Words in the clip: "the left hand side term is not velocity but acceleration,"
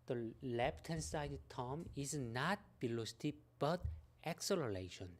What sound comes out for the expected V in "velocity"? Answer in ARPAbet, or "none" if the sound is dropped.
B